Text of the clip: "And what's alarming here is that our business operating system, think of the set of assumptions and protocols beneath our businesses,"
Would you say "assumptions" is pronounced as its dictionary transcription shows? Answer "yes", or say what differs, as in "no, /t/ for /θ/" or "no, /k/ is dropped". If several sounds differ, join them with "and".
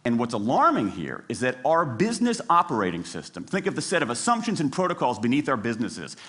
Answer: yes